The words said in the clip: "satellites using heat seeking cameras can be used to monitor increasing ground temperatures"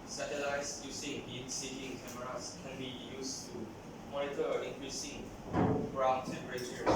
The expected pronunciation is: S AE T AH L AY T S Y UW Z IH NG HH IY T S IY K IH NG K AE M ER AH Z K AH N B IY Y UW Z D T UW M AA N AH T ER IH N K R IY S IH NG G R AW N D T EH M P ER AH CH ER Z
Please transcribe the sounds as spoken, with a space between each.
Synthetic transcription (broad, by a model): S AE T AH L AY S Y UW S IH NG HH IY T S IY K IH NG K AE M ER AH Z K AH N B IY Y UW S T UW M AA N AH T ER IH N K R IY S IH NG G R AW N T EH M P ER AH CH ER